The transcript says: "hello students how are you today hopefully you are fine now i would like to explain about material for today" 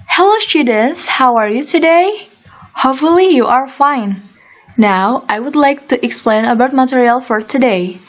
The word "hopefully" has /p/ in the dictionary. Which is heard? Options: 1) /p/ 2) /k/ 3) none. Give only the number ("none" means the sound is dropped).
3